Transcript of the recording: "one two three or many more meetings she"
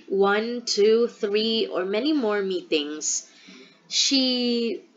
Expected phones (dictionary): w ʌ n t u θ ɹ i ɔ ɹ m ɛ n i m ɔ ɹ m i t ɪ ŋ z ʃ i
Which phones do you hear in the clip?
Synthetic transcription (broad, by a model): w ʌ n t u θ ɹ i ɔ ɹ m ɛ n i m ɔ ɹ m i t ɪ ŋ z ʃ i